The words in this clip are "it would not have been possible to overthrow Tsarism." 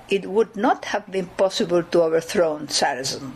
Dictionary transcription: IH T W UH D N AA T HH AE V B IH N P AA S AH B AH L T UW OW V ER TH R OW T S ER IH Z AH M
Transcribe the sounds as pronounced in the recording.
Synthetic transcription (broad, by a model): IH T W UH D N AA T HH AE V B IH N P AA S AH B AH L T UW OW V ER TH R OW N S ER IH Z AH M